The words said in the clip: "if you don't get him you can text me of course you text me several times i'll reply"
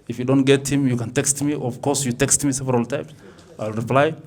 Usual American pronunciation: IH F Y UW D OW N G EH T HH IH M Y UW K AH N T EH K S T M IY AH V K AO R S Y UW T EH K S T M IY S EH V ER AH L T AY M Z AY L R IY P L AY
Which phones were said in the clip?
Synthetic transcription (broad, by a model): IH F Y UW D OW N G EH T HH IH M Y UW K AH N T EH K S T M IY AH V K AO R S Y UW T EH K S T M IY S EH V ER AH L T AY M S AY L R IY P L AY